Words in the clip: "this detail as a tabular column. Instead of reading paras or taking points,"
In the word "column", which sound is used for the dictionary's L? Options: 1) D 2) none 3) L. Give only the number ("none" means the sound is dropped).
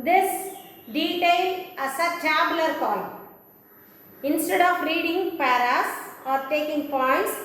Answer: 2